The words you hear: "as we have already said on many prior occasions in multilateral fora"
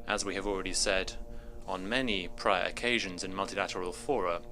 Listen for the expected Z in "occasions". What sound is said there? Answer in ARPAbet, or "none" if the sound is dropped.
Z